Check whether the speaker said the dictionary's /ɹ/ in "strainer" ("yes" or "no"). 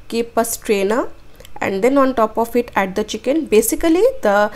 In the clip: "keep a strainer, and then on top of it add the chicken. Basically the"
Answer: yes